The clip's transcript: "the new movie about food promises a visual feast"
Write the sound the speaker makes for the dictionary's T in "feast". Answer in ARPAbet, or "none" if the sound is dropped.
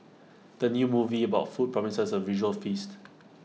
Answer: T